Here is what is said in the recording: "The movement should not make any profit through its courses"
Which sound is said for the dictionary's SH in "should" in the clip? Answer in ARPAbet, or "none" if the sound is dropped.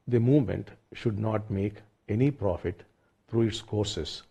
SH